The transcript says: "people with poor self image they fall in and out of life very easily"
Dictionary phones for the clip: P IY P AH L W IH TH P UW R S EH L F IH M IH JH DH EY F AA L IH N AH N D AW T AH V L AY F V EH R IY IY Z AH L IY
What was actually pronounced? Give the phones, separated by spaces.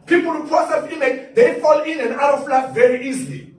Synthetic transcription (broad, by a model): P IY P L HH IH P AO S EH F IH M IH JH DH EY F AA L IH N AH N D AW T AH F L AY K V EH R IY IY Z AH L IY